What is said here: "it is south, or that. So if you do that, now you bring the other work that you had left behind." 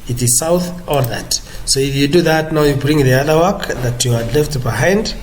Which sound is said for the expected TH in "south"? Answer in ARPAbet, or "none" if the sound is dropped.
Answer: TH